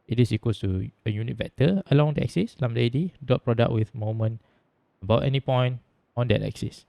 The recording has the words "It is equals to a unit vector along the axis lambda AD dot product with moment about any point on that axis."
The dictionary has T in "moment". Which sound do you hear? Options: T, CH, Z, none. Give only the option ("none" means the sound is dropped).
none